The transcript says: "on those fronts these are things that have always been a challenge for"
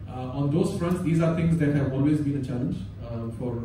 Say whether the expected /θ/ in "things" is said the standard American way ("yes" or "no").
no